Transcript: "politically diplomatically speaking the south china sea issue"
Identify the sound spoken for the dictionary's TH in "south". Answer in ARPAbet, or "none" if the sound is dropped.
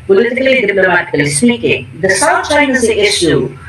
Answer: T